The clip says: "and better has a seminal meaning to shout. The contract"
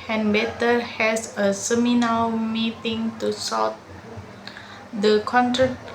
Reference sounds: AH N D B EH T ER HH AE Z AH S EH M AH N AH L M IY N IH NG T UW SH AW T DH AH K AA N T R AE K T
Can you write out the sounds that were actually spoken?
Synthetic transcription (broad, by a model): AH N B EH T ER HH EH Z AH S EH M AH N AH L M IY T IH NG T UW S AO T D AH K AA N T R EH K